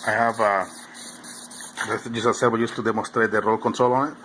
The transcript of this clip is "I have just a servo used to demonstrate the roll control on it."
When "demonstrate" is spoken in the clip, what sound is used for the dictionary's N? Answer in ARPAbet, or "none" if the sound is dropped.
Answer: none